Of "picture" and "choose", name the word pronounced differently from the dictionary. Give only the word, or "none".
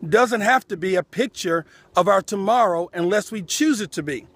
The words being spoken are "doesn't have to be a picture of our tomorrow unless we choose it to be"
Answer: none